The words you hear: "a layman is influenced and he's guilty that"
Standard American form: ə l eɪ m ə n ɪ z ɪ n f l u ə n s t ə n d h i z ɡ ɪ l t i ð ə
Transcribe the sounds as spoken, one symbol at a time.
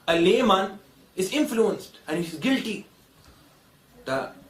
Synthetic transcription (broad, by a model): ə l eɪ m ə n ɪ z ɪ n f l u ə n s t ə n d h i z ɡ ɪ l t i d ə